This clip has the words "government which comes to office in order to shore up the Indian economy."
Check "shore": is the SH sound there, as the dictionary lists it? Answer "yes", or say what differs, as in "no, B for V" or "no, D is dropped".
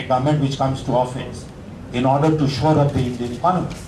yes